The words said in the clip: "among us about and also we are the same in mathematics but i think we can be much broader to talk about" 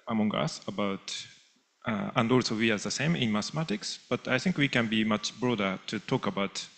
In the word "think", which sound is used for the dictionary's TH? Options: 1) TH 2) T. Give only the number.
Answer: 1